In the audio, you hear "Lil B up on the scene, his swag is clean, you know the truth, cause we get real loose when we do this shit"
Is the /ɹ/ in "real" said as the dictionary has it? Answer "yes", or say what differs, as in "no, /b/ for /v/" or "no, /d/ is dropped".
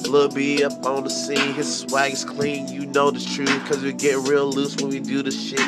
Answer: yes